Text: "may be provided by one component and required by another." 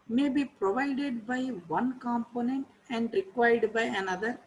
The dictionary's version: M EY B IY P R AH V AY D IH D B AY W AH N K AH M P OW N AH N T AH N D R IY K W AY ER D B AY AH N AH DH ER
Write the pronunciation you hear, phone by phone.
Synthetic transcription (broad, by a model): M EY B IY P R AH V AY D IH D B AY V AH N K AH M P OW N AH N T AH N D R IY K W AY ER D B AY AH N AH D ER